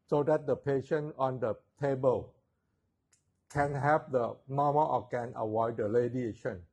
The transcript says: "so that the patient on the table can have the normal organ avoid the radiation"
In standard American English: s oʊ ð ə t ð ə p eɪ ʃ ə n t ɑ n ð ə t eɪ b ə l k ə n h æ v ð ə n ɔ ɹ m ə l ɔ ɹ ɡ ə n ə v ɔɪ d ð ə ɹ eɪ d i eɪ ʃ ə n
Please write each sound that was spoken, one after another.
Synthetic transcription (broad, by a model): s oʊ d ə t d ə p eɪ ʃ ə n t ɑ n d ə t eɪ b ə l k ə n h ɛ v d ə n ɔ m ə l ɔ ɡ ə n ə w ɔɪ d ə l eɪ d i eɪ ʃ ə n